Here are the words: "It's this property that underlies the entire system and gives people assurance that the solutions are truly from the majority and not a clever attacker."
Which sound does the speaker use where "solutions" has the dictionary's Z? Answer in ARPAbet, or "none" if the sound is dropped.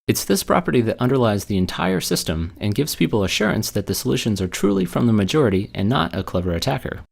Z